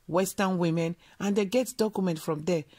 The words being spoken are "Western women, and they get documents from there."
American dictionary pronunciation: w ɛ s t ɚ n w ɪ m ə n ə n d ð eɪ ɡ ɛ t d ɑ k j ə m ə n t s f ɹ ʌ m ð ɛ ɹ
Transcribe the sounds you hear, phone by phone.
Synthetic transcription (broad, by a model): w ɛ s t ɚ n w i m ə n ə n d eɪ ɡ ɛ t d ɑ k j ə m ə n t f ɹ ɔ m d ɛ